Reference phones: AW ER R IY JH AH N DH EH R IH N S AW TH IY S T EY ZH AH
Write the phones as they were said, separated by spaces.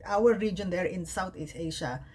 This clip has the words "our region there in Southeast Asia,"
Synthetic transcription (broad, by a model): AW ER R IY JH AH N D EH R IH N S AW T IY S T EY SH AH